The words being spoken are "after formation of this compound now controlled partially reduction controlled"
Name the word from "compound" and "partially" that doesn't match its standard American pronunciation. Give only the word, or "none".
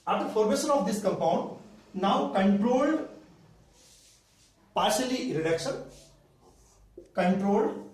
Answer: none